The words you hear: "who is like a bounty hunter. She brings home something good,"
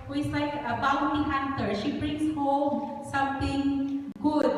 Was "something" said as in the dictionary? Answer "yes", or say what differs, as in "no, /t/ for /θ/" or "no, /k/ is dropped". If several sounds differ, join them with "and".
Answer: no, /t/ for /θ/